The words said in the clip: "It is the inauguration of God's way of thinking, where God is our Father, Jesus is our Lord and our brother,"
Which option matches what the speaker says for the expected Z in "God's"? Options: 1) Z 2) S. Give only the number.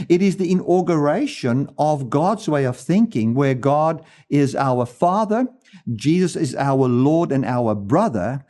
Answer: 1